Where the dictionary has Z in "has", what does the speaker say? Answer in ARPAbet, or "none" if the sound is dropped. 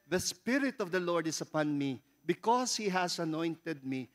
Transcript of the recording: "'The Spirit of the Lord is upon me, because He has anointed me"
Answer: S